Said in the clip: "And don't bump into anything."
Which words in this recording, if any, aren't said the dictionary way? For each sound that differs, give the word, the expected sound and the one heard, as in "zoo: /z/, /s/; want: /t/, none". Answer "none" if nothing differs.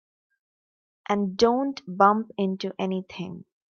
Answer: anything: /θ/, /t/